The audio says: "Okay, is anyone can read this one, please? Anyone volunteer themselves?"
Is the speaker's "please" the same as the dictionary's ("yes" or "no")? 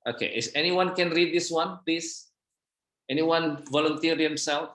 no